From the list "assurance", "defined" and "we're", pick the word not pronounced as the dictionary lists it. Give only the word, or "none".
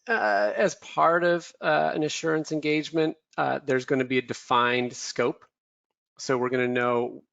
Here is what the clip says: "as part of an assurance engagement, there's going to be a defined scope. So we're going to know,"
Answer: none